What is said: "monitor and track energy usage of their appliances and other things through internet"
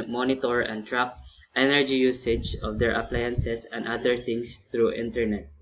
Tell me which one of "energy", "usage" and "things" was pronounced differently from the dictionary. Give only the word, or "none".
things